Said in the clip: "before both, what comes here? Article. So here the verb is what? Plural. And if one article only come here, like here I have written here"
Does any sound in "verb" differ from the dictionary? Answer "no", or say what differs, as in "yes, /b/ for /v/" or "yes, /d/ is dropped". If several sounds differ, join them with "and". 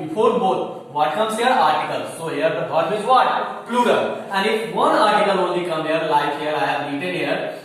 yes, /b/ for /v/